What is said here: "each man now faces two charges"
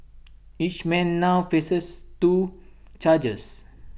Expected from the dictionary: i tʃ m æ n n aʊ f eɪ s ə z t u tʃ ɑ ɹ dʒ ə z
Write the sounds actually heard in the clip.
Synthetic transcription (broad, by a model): i tʃ m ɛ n n aʊ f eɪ s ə s t u tʃ ɑ dʒ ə s